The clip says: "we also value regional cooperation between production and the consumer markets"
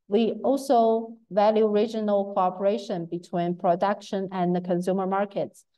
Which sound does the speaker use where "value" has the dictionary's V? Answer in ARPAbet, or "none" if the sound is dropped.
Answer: V